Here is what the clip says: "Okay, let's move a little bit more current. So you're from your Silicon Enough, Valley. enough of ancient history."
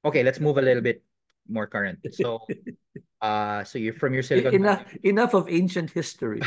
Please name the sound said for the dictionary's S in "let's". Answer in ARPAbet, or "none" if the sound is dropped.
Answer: S